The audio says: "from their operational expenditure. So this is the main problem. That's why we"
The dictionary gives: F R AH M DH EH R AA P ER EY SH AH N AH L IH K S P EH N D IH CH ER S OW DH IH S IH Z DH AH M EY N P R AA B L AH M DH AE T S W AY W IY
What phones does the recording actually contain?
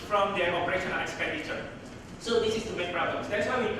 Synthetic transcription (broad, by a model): F R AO M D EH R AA P ER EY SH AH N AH N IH K S P EH N D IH CH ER S OW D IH S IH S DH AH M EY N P R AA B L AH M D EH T S W AY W IY